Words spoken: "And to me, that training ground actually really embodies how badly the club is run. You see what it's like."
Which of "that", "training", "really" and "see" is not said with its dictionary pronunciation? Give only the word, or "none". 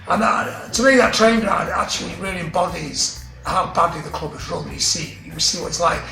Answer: training